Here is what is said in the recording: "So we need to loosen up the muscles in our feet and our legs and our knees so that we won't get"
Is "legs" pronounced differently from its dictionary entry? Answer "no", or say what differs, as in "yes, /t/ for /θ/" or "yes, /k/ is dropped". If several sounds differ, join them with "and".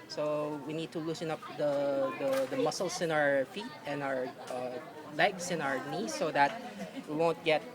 yes, /s/ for /z/